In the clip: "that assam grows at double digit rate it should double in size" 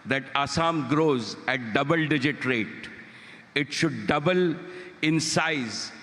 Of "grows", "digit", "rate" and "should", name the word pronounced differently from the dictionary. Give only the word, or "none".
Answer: none